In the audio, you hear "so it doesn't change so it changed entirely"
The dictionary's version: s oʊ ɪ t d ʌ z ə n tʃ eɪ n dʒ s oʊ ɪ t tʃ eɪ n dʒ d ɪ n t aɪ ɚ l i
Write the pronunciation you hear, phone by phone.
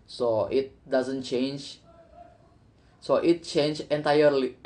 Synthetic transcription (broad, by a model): s oʊ ɪ t d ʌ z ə n tʃ eɪ n dʒ s oʊ ɪ t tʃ eɪ n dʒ ɪ n t aɪ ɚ l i